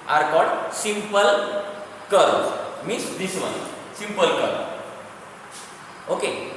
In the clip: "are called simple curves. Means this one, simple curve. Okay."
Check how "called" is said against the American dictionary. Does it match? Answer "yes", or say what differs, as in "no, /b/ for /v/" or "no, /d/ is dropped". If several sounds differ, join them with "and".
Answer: no, /l/ is dropped